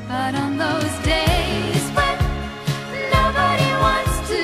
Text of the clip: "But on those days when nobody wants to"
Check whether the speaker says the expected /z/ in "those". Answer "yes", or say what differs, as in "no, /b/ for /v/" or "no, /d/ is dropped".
yes